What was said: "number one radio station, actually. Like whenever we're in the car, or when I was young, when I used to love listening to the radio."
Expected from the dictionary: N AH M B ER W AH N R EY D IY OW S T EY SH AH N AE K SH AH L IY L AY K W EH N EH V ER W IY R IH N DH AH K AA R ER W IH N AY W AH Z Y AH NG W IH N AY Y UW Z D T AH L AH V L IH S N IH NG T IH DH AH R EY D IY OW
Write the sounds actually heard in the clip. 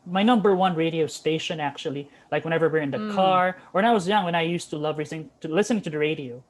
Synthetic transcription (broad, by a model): N AH M B ER W AH N R EY D IY OW S T EY SH AH N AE K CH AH L IY L AY K W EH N EH V ER W IY R IH N DH AH K AA R ER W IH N AY W AH Z Y AH NG W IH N AY Y UW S T AH L AH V L IH S N IH NG T IH DH AH R EY D IY OW